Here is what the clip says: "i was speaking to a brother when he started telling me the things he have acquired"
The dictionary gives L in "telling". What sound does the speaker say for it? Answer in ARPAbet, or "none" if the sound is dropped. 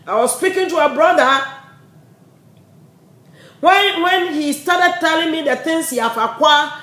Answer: L